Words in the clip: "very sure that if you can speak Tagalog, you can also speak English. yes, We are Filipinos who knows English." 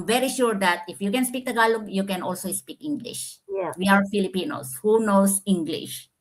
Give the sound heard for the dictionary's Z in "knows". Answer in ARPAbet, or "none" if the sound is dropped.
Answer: S